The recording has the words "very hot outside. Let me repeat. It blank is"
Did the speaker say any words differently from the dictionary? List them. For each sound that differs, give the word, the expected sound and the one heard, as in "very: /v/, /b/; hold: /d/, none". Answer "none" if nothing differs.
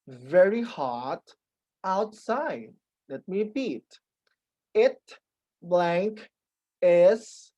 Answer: none